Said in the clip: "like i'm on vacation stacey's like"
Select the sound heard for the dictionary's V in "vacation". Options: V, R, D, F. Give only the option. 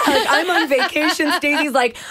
V